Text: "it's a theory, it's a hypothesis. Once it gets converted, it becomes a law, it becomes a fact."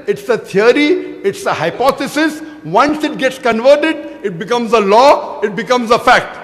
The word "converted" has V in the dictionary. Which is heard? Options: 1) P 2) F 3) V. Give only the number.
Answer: 3